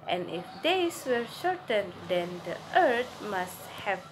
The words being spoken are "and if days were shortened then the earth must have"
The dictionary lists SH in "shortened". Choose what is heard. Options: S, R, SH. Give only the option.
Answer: SH